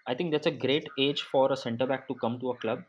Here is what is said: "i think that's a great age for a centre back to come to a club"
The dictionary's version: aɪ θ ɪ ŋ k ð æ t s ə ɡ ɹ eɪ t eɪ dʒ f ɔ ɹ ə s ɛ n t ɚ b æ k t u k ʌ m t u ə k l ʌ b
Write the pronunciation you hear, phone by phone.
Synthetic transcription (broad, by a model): aɪ t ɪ ŋ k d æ t s ə ɡ ɹ eɪ t eɪ dʒ f ɔ ɹ ə s ɛ n t ɚ b æ k t u k ʌ m t u ə k l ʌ b